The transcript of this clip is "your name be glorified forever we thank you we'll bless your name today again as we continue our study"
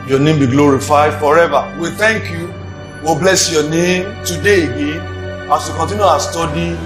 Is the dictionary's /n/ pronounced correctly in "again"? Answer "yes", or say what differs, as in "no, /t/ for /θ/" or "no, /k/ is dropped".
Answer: yes